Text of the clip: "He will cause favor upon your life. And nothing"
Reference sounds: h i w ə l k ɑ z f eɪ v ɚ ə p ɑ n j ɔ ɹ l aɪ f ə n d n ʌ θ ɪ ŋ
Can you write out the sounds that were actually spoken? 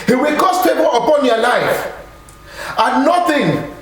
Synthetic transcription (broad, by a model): h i w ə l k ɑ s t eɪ b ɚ ə p ɑ n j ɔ l aɪ f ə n n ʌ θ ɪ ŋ